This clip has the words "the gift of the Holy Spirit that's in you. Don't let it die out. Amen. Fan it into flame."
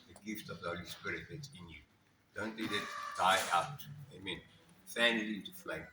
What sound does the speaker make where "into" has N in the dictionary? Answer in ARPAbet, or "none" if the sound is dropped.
none